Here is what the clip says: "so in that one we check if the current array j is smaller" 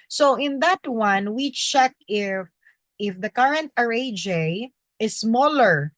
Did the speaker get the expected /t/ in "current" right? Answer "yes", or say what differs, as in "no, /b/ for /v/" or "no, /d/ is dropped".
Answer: yes